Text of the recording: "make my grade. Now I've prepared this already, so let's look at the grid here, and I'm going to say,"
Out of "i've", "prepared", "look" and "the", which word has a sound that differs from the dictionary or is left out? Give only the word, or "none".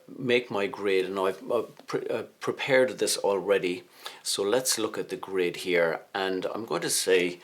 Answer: i've